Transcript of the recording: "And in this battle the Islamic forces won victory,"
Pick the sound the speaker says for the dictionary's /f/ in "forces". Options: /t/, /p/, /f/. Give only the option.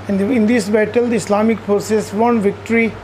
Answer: /p/